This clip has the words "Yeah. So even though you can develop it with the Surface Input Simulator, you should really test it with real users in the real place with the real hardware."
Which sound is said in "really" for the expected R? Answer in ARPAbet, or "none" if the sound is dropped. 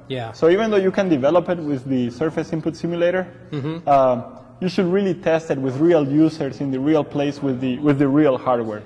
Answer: R